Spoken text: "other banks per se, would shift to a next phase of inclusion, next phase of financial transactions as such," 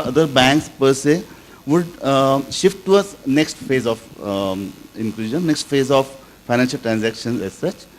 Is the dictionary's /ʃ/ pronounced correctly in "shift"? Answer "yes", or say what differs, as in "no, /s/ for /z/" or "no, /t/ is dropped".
yes